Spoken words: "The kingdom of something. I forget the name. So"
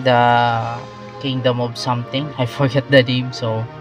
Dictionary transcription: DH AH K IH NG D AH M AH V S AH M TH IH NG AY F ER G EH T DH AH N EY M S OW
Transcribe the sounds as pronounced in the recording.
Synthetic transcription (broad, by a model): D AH K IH NG D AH M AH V S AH M T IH NG AY F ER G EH T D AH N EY M S OW